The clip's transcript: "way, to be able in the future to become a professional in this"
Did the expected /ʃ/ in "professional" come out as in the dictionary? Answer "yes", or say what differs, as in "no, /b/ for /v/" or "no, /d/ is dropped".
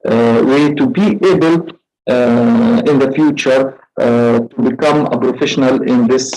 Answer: yes